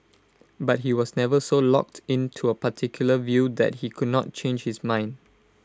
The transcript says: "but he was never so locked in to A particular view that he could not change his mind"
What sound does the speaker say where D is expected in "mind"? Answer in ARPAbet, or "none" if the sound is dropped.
D